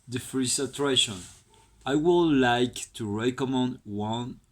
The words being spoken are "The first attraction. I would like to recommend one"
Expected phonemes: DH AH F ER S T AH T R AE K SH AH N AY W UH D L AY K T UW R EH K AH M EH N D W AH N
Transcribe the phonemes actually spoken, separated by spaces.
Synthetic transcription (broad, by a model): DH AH F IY S AH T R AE SH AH N AY W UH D L AY K T UW R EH K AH M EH N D W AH N